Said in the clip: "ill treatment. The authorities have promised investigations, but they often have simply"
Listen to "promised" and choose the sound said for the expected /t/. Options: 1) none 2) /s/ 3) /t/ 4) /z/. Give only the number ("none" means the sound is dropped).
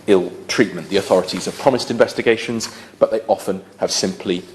3